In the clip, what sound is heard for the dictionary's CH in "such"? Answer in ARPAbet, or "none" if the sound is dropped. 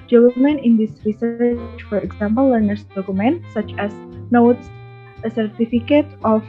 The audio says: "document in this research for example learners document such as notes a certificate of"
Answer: CH